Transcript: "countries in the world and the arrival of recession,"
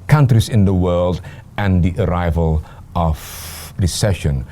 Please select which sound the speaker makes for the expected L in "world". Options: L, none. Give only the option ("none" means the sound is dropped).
L